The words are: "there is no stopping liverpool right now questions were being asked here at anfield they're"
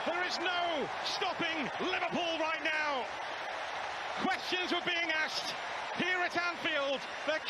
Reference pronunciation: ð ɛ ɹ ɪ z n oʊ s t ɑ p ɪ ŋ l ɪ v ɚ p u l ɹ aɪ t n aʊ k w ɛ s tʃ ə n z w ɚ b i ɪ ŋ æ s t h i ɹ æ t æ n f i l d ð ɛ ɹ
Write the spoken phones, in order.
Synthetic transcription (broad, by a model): ð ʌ ɹ ɪ z n oʊ s t ɑ p ɪ ŋ l ɪ v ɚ p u l ɹ aɪ t n aʊ k w ɛ s tʃ ə n z w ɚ b i ɪ ŋ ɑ s t h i ɹ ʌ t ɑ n f i l d ð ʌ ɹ